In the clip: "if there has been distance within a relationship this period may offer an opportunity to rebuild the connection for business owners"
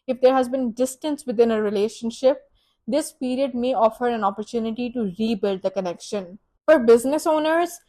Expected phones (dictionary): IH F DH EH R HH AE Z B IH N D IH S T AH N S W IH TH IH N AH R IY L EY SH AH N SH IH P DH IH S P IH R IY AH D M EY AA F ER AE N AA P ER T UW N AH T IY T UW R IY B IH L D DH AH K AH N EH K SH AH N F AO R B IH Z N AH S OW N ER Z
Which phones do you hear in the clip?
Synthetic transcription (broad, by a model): IH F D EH R HH AE Z B IH N D IH S T AH N S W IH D IH N AH R IY L EY SH AH N SH IH P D IH S P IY R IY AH D M EY AA F ER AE N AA P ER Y UW N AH T IY T UW R IY B IH L D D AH K AH N EH K SH AH N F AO R B IH Z N AH S OW N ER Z